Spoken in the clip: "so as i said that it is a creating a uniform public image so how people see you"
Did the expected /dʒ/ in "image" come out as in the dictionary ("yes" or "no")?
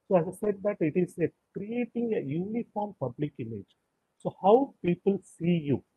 yes